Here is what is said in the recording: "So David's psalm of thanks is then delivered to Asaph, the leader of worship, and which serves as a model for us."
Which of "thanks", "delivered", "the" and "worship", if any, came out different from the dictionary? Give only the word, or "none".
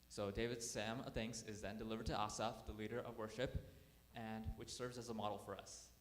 none